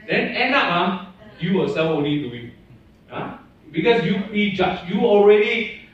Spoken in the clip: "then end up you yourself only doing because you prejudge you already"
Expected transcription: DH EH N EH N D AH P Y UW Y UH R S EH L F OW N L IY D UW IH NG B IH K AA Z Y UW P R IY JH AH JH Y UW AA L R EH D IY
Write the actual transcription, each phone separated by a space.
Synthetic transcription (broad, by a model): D EH N EH N D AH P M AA Y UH W S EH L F OW N L IY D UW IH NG B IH K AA S Y UW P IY JH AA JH Y UW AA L R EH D IY